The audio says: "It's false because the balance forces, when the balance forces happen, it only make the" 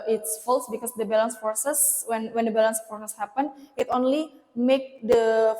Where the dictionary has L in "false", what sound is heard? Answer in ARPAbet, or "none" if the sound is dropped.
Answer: L